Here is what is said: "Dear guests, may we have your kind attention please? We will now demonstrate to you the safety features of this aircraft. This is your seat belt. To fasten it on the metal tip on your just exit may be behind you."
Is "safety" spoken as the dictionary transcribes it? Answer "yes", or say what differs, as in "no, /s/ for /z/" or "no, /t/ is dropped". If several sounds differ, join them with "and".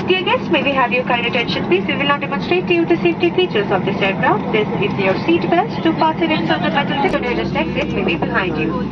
no, /f/ is dropped